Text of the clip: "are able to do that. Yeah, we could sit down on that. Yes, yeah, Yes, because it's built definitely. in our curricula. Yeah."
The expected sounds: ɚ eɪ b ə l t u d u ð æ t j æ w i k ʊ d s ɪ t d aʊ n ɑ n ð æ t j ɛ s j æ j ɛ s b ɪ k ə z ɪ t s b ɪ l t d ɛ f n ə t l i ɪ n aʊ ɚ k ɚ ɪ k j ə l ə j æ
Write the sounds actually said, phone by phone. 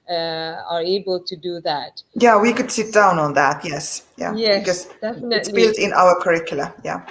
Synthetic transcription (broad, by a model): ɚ eɪ b ə l t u d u ð æ t j æ w i k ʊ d s ɪ t d aʊ n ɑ n ð æ t j ɛ s j æ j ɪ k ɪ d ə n ɪ t s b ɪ l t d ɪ n t i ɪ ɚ k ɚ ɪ k j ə l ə j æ